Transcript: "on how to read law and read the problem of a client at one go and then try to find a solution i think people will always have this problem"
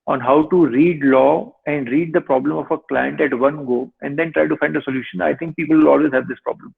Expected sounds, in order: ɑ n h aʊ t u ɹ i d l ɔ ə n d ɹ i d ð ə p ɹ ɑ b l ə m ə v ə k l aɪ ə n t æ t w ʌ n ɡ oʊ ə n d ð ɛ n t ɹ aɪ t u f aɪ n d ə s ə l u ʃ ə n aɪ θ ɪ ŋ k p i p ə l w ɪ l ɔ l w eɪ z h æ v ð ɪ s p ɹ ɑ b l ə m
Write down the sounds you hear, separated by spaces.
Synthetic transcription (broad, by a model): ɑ n h aʊ t u ɹ i d l ɔ ə n d ɹ i d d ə p ɹ ɑ b l ə m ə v ə k l aɪ ə n t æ t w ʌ n ɡ oʊ ə n d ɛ n t ɹ aɪ t u f aɪ n d ə s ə l u ʃ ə n aɪ t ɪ ŋ k p i p ə l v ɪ l ɔ l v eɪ z h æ v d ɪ s p ɹ ɑ b l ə m